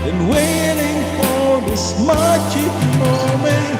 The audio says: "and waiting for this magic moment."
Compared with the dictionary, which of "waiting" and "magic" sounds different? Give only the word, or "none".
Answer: magic